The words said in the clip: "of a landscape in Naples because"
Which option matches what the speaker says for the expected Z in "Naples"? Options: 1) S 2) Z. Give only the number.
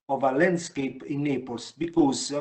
1